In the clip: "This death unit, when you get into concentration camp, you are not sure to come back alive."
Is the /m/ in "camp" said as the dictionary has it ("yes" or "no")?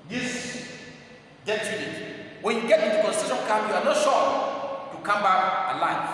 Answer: no